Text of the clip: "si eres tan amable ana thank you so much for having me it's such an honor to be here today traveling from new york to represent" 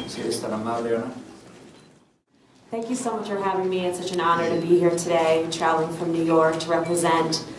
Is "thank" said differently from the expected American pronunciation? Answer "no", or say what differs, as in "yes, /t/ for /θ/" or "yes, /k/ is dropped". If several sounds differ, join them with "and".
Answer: no